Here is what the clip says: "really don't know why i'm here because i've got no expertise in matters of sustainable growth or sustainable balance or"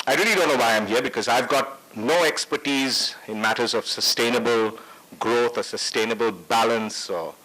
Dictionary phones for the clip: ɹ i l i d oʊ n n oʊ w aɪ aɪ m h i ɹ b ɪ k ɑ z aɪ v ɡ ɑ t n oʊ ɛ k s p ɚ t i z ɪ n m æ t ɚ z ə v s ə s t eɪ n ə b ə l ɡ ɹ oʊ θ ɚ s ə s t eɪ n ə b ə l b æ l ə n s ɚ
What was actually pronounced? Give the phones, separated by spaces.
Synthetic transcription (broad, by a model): ɹ i l i d oʊ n n oʊ w aɪ aɪ m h i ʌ b ɪ k ɑ z aɪ v ɡ ɑ t n oʊ ɛ k s p ɚ t i z ɪ n m æ t ɚ z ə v s ə s t eɪ n ə b ə l ɡ ɹ oʊ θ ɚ s ə s t eɪ n ə b ə l b æ l ə n s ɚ